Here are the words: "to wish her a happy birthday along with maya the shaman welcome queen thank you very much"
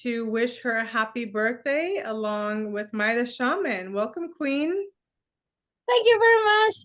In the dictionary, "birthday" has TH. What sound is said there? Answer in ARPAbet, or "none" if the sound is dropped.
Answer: TH